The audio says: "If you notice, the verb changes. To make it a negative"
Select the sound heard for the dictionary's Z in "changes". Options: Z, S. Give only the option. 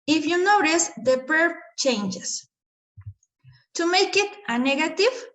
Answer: S